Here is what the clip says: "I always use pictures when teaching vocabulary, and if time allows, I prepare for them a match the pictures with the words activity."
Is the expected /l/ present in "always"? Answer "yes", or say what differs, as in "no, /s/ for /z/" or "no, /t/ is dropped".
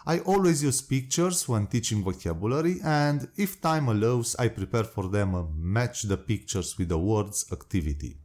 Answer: yes